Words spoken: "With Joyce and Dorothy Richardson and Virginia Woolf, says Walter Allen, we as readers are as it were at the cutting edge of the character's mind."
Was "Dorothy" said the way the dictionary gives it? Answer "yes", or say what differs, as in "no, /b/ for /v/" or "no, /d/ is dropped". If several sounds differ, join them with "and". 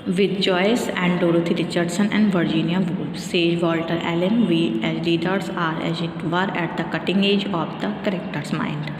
no, /t/ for /θ/